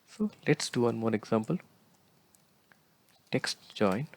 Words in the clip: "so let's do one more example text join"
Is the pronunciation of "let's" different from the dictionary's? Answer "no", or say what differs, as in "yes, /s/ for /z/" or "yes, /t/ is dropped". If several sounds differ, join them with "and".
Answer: no